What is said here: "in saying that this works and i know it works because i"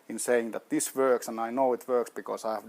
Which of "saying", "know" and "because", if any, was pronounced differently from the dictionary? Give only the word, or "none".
because